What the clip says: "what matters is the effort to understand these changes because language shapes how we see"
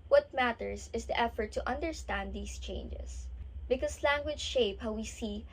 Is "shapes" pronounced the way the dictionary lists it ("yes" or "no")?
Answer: no